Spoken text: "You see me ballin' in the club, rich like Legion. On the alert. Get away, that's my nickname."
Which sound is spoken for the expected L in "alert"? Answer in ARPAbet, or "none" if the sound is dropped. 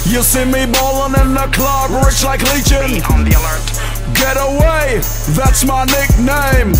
L